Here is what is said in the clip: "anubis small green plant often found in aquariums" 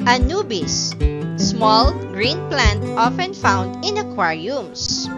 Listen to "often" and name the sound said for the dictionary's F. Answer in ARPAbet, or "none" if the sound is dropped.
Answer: F